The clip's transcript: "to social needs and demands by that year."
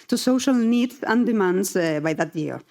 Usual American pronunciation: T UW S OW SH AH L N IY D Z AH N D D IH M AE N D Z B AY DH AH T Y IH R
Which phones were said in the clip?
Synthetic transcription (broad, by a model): T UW S OW SH AH L N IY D AH N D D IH M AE N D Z B AY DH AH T Y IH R